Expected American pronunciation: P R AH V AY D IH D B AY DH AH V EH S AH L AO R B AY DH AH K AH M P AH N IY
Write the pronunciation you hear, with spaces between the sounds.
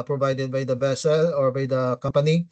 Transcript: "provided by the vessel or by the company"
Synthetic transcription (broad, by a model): P R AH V AY D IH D B AY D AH B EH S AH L AO R B AY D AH K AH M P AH N IY